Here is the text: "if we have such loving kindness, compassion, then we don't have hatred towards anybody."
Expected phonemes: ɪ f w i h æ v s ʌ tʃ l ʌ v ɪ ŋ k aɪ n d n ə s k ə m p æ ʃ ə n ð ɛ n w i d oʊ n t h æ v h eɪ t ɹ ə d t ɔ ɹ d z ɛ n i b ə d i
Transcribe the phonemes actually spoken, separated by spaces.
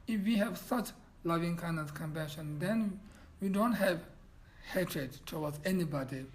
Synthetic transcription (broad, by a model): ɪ f w i h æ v s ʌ tʃ l ʌ v ɪ ŋ k aɪ n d ə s k ə m p æ ʃ ə n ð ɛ n w i d oʊ n t h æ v h eɪ t ɹ ə d t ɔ w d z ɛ n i b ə d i